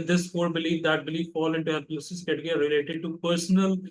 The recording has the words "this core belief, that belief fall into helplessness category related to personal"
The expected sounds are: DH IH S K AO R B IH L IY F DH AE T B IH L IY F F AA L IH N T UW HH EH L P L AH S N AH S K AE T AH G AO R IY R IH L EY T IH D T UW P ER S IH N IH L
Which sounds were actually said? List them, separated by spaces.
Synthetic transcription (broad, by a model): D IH S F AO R B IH L IY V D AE T B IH L IY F F AA L IH N T UW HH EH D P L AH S AH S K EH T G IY R IH L EY T IH D T UW P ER S N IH L